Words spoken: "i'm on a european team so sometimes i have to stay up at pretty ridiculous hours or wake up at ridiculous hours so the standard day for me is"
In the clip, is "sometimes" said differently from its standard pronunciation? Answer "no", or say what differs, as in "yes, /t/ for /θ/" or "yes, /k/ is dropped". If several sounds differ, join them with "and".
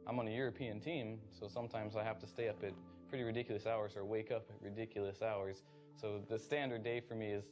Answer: no